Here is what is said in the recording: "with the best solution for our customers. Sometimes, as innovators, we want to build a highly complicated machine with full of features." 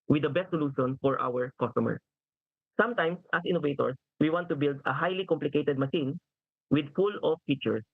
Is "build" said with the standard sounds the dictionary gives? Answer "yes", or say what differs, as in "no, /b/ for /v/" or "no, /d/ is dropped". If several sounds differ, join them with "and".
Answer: yes